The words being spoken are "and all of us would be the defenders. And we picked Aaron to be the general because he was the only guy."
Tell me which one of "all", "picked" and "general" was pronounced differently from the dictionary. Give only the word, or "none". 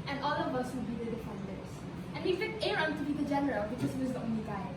picked